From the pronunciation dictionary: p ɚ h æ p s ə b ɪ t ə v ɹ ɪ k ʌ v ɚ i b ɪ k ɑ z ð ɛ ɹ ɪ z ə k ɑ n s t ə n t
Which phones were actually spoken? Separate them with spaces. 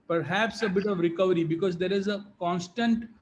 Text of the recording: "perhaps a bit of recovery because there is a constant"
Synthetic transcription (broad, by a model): p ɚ h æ p s ə b ɪ t ə v ɹ ɪ k ʌ v ɚ i b ɪ k ɑ z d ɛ ɹ ɪ z ə k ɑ n s t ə n t